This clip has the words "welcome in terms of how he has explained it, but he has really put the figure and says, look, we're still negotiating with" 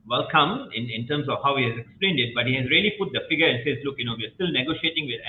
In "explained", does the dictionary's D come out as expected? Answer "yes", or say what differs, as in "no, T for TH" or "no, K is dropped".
yes